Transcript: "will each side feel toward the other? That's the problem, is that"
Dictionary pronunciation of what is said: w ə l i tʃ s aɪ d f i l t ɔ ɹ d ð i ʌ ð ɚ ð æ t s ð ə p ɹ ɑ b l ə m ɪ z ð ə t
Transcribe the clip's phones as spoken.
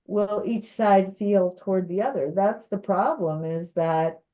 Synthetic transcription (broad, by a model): w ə l i tʃ s aɪ d f i l t ɔ ɹ d ð i ʌ ð ɚ ð æ t s ð ə p ɹ ɑ b l ə m ɪ z ð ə t